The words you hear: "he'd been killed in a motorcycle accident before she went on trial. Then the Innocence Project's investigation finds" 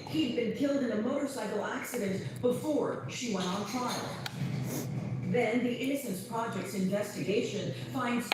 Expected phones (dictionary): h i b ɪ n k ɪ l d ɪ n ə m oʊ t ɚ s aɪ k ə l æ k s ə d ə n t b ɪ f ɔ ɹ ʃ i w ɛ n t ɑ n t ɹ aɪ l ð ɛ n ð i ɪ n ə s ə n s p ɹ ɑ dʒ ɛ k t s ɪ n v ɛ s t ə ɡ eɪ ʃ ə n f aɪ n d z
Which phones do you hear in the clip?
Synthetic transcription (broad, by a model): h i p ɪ n k ɪ l d ɪ n ə m oʊ t ɚ s aɪ k l æ k s ə d ə n t b ɪ f ɔ ɹ ʃ i w ɛ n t n t ɹ aɪ l ð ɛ n ð i ɪ n ə s ə n s p ɹ ɑ dʒ ɛ k t s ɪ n v ɛ s t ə ɡ eɪ ʃ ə n f aɪ n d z